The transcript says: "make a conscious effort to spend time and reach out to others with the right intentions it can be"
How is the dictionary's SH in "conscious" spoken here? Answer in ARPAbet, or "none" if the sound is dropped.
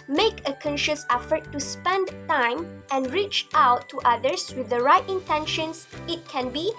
SH